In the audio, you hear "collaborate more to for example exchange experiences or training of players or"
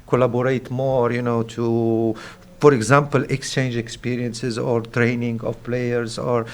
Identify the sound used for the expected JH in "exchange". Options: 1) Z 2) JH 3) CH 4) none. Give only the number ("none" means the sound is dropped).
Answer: 2